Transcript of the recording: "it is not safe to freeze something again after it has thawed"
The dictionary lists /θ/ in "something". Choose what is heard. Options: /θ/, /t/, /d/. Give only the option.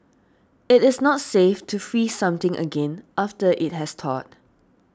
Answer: /t/